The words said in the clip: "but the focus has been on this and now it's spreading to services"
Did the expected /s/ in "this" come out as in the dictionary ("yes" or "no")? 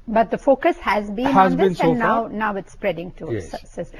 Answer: no